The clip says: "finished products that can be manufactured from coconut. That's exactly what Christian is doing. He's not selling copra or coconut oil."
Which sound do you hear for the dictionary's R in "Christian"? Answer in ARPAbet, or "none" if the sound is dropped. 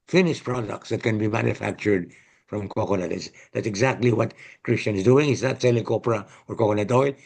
R